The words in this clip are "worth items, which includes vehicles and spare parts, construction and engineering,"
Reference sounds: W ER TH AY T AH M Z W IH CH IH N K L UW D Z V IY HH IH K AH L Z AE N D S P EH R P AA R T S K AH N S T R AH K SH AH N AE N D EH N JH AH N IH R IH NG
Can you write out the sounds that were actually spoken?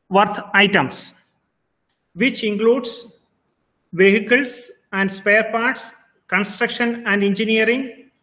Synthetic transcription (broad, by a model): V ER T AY T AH M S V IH CH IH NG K L UW D S V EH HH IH K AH L S AE N D S P EH R P AA R T S K AH N S T R AH K SH AH N AE N D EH N JH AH N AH R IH NG